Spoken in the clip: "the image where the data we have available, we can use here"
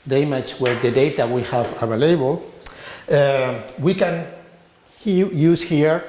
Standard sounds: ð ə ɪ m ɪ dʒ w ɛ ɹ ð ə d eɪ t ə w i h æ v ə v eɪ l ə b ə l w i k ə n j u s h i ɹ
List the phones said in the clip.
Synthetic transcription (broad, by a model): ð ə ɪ m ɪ tʃ w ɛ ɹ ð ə d eɪ t ə w i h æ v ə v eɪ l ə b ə l w i k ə n j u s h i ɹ